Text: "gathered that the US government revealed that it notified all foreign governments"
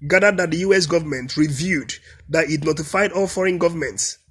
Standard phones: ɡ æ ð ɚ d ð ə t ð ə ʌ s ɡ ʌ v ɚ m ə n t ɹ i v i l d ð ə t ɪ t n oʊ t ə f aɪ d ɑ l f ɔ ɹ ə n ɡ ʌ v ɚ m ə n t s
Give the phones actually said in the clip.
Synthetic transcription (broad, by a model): ɡ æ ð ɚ d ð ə t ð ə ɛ s ɡ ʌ v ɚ m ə n t ɹ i v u d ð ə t ɪ t n oʊ t ə f aɪ d ɑ l f ɔ ɹ ə n ɡ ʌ v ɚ m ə n t s